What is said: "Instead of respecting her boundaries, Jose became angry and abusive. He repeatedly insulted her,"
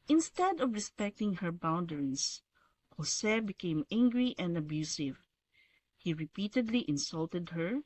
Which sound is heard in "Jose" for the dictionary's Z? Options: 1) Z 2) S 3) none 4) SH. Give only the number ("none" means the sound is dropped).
2